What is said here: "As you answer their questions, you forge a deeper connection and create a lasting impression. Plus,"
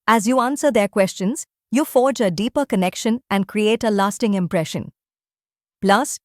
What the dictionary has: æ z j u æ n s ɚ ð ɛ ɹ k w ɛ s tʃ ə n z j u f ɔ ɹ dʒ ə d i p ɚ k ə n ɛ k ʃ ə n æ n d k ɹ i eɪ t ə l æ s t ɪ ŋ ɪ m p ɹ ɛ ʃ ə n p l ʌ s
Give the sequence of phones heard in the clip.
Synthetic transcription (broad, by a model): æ z j u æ n s ɚ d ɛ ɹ k w ɛ s tʃ ə n z j u f ɔ ɹ dʒ ə d i p ɚ k ə n ɛ k ʃ ə n æ n d k ɹ i eɪ t ə l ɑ s t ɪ ŋ ɪ m p ɹ ɛ ʃ ə n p l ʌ s